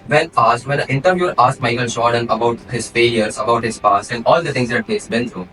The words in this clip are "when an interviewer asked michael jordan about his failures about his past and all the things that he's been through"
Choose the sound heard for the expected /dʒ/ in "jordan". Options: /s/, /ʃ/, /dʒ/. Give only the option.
/ʃ/